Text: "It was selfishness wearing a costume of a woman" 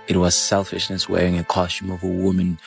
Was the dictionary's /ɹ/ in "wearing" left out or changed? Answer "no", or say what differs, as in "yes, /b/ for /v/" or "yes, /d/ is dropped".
no